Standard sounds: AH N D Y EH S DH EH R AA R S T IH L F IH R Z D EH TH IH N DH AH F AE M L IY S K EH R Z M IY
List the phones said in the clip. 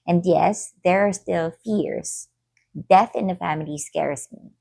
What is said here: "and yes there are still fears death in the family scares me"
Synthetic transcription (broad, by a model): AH N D Y EH S DH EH R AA R S T IH L F IH R Z D EH TH IH N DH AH F AE M L IY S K EH R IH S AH